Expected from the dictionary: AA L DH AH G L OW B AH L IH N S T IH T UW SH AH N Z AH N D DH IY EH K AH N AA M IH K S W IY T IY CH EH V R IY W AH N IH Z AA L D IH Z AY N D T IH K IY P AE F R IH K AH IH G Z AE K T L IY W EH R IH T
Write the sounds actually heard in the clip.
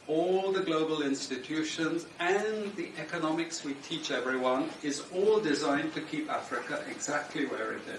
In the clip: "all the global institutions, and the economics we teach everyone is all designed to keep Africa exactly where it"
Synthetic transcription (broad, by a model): AA L DH AH G L OW B AH L IH N S T IH T UW SH AH N Z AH N DH IY EH K AH N AA M IH K S W IY T IY CH EH V R IY W AH N IH Z AA L D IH Z AY N T IH K IY P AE F R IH K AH IH G Z AE K T L IY W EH R IH T